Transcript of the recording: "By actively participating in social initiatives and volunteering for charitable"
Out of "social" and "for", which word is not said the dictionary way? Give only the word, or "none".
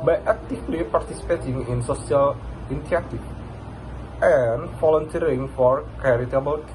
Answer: social